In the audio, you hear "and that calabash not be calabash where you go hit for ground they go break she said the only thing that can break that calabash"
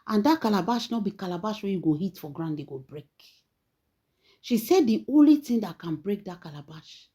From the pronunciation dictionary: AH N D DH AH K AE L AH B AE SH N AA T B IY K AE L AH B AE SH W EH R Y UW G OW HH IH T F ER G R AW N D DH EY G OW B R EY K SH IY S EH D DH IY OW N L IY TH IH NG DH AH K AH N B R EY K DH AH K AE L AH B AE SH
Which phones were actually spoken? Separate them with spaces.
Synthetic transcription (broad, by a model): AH N D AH K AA L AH B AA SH N AA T B IY K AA L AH B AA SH W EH Y UW G OW HH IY T F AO G R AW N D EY G OW B R EY K SH IY S EH D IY OW N L IY T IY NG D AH K AH N B R EY K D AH K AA L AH B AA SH